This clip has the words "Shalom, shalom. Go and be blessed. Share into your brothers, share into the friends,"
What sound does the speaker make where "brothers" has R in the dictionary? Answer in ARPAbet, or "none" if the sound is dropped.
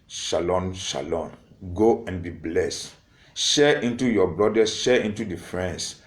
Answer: L